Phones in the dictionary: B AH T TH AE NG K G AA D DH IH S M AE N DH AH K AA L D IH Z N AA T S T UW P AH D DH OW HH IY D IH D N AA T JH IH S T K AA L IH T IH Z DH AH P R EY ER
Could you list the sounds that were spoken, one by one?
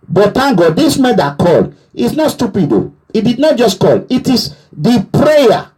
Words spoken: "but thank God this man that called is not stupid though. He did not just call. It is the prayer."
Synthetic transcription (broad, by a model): B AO T T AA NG G AA D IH S M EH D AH K AA L IH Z N AA T S T UW P AH D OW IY D IH D N AA T JH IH S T K AA L IH T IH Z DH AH P R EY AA